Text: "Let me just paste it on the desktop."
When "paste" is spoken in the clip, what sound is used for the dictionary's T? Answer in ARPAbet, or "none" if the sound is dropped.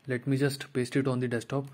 T